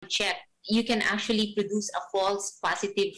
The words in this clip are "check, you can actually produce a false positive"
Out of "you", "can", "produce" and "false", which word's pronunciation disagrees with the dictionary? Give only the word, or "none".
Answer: none